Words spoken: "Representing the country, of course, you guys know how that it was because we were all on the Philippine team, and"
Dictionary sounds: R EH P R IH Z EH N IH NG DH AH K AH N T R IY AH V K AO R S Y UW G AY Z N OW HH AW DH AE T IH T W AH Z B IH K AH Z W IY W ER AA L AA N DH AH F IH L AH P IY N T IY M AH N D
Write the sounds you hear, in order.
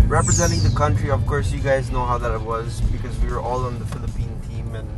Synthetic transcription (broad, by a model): R EH P R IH Z EH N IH NG DH AH K AH N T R IY AH V K AO R S Y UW G AY Z N OW HH AW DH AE T IH T W AH Z B IH K AH Z W IY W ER AA L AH N DH AH F IH L AH P IY N T IY M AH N